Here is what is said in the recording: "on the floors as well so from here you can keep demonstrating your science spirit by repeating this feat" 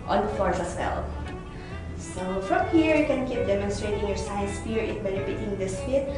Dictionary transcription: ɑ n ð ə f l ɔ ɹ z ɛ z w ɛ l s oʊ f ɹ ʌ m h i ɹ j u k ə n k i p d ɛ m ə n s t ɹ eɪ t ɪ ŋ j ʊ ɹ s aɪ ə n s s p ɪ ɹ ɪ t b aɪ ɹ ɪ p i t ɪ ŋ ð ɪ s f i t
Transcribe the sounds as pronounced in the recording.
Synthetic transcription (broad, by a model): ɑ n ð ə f ɔ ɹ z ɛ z w ɛ l s oʊ f ɹ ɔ m h i ɹ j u k ə n k i p d ɛ m ə n s t ɹ eɪ t ɪ ŋ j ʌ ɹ s aɪ ə n s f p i ɹ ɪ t b aɪ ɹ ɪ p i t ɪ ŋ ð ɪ s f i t